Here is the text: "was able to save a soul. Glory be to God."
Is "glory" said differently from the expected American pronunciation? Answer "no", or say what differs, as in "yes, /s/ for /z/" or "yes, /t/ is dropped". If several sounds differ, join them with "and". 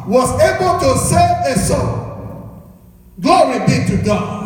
yes, /l/ is dropped